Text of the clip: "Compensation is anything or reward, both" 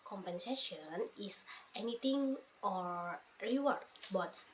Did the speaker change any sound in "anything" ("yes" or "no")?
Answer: yes